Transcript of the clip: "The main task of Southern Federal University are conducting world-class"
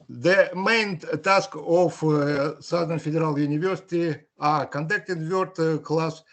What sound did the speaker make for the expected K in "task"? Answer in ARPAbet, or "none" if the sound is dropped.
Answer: K